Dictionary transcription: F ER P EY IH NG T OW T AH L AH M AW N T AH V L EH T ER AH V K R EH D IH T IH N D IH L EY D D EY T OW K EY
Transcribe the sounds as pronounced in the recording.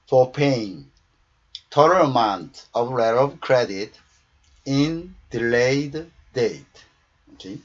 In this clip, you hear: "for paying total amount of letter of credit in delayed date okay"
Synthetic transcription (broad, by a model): F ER P EY IH NG T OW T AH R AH M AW N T AH V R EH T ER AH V K R EH D IH T IH N D IH L EY D D EY T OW K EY